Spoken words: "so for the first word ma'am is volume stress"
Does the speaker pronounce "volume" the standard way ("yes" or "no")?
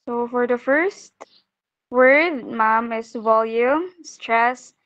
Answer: yes